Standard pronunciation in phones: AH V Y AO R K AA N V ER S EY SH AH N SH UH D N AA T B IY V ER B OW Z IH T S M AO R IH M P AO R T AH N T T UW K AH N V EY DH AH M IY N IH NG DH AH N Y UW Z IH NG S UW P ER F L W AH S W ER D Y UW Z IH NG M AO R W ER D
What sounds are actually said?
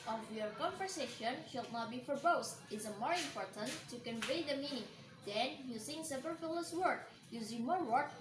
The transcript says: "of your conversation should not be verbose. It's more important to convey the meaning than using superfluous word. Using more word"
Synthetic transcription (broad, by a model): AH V Y AO R K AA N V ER S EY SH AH N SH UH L N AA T B IY F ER B OW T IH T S M AO R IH M P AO R T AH N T T UW K AH N V EY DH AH M IY N IH NG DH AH N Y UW S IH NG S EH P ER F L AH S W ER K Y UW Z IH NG M AO R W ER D